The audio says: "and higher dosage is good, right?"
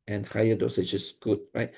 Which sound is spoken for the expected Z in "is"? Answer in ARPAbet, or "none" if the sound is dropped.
S